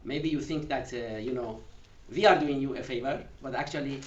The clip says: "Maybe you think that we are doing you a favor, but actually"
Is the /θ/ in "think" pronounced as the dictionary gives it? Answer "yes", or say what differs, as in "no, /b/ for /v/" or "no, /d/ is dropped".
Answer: yes